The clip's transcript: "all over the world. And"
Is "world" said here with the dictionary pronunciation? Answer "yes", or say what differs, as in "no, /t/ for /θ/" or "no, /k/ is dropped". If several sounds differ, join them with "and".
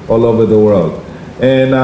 yes